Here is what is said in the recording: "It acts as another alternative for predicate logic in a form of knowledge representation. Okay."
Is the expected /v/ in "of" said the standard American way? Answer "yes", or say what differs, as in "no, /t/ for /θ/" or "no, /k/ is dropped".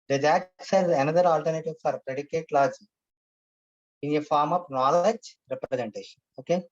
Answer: no, /p/ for /v/